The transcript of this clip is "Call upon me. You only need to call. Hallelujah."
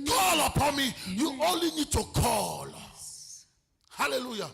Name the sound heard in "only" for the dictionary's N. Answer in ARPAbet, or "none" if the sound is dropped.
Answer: none